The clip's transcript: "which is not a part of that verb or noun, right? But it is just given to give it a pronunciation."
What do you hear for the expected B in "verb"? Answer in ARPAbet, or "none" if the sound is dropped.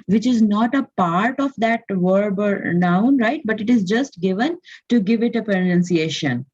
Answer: B